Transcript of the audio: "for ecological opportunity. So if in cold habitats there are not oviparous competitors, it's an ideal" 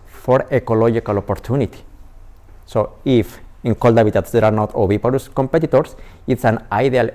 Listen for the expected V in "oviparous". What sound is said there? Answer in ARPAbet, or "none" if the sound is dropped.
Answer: B